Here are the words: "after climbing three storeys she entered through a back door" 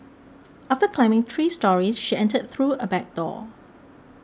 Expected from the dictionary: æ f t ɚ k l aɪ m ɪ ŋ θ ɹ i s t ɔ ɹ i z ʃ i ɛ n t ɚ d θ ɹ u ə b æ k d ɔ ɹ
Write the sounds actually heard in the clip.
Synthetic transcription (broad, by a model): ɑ f t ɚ k l aɪ m ɪ ŋ t ɹ i s t ɔ ɹ i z ʃ i ɛ n t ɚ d θ ɹ u ə b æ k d ɔ